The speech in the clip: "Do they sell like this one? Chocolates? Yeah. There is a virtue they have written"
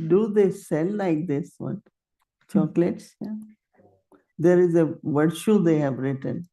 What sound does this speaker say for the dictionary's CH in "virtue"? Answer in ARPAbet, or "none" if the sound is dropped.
SH